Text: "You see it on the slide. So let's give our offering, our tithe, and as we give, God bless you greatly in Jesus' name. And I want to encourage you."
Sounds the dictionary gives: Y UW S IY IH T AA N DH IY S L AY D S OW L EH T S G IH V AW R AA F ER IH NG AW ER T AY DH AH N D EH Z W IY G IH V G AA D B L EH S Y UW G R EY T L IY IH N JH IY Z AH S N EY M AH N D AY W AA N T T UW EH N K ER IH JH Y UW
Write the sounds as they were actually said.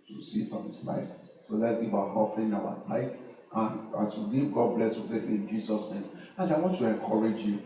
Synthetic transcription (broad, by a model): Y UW S IY IH T AA N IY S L AY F S OW L EH T S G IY B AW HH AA F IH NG AW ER T AY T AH N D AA S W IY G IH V G AA D B L EH S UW G R EY T L IY IH N JH IY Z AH S N EY M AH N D AY W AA N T T UW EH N K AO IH JH Y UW